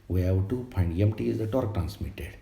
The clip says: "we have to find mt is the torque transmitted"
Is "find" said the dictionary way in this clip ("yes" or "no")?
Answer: no